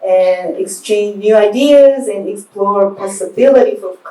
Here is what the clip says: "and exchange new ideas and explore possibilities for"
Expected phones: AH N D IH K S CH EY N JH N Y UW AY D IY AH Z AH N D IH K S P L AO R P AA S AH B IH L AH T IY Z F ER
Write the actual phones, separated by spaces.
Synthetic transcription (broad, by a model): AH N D IH K S CH EY N JH N Y UW AY D IY AH Z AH N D IH K S P L AO R P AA S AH B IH L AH T IY F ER